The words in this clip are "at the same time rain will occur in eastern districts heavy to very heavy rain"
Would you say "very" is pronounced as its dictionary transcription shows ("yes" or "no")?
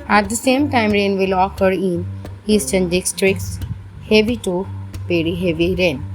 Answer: no